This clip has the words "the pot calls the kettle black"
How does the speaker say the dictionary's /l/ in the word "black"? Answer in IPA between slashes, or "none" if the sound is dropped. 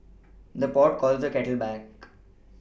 none